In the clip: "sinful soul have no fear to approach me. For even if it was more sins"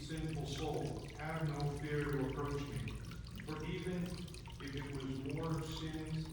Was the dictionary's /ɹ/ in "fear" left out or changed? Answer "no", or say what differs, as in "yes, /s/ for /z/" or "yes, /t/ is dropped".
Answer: no